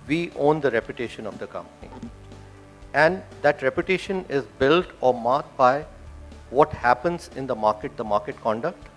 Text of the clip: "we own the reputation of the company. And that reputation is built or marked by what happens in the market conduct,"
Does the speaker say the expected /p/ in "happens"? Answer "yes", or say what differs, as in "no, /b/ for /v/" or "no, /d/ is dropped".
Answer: yes